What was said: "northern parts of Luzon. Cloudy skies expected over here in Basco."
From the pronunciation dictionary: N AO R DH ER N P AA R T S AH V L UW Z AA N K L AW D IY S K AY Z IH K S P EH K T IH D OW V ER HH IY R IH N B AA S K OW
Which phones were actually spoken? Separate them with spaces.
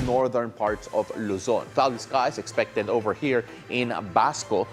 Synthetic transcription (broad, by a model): N AO R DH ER N P AA R T S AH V L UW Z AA N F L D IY S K AY S IH K S P EH K T IH D OW V ER HH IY R IH N B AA S K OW